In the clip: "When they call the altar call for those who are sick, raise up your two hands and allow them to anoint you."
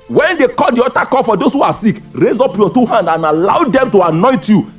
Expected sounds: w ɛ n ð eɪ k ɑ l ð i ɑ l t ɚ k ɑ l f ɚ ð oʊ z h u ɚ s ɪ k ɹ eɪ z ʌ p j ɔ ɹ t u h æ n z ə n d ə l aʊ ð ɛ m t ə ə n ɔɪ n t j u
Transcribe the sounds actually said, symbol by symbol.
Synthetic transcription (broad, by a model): w ɛ n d eɪ k ɑ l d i ɑ t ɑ k ɑ f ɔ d oʊ s h u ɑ s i k ɹ eɪ z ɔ p j ɔ t u h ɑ n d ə n ə l aʊ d ɛ m t ə ə n ɔɪ n t j u